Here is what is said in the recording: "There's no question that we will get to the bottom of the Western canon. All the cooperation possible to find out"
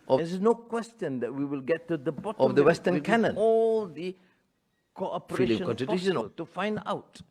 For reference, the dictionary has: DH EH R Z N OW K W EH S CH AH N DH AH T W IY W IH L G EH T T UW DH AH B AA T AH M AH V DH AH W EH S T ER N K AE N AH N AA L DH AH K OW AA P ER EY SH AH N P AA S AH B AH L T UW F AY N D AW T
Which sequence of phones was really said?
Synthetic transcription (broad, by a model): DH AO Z N OW K W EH S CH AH N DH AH T W IY W IH L G EH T T UW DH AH B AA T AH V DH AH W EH S T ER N K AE N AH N AA L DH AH K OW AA P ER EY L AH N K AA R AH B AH N T UW F AY N D AW T